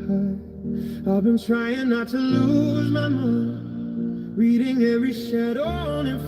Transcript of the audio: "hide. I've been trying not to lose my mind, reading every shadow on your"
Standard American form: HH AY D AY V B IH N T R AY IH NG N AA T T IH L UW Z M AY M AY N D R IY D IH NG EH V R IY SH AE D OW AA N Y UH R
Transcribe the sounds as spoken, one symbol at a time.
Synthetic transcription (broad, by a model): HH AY AY V B IH N T R AY IH NG N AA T T IH L UW Z M AY M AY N R IY D IH NG EH V R IY SH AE D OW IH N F